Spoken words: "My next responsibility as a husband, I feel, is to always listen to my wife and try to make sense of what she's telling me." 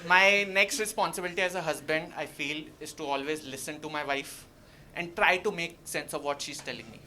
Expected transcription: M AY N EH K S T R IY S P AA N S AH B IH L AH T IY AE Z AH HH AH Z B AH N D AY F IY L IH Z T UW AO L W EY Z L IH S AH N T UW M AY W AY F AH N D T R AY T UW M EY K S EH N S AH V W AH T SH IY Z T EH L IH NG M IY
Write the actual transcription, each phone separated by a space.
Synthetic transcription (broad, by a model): M AY N EH K S T R IY S P AA N S AH B IH L AH T IY AE Z AH HH AH Z B AH N D AY F IY L IH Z T UW AO L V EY Z L IH S AH N T UW M AY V AY F AH N D T R AY T UW M EY K S EH N S AH V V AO T SH IY Z T EH L IH NG M IY